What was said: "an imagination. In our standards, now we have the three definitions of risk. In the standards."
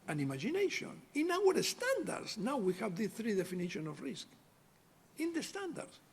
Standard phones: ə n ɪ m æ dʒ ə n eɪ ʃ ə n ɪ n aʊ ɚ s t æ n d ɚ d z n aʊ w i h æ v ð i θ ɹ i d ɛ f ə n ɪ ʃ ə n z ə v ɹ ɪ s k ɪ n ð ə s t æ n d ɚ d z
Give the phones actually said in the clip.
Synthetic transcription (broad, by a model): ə n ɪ m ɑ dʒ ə n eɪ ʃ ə n ɪ n aʊ ɚ s t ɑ n d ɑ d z n aʊ w i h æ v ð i θ ɹ i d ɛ f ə n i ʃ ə n ə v ɹ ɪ s k ɪ n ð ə s t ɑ n d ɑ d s